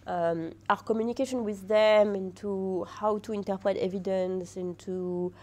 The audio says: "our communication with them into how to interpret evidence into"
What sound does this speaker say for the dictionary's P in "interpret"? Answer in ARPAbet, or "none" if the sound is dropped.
P